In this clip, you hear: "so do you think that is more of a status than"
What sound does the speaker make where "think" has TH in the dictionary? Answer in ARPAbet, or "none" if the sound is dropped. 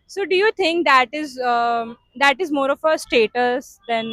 T